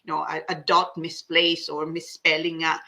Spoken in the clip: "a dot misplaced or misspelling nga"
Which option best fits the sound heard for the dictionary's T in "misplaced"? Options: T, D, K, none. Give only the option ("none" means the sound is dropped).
none